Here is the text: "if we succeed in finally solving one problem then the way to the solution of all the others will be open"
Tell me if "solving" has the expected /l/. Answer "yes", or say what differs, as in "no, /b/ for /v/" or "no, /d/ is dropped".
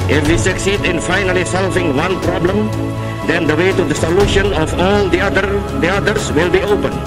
yes